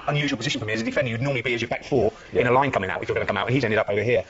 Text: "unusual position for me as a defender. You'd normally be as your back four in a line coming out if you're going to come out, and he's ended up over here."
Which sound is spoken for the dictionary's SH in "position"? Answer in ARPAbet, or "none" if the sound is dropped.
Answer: SH